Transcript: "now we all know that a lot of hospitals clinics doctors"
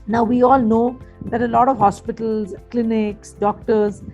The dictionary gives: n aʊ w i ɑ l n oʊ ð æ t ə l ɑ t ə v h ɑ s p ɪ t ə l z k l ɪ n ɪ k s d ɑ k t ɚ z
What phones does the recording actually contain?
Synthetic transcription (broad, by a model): n aʊ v i ɑ l n oʊ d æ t ə l ɑ t ə v h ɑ s p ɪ t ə l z k l ɪ n ɪ k s d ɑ k t ɚ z